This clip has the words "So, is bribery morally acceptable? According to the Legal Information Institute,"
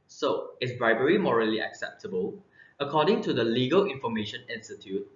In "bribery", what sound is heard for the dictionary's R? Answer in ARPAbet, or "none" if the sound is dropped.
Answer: R